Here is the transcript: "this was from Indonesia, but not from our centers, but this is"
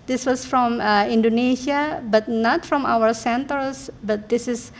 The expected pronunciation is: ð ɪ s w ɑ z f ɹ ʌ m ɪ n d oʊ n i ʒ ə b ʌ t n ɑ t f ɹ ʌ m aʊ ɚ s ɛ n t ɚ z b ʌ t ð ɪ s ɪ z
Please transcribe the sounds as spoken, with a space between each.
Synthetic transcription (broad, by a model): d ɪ s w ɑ s f ɹ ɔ m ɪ n d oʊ n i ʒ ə b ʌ t n ɑ t f ɹ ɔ m aʊ ɚ s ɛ n t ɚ s b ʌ t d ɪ s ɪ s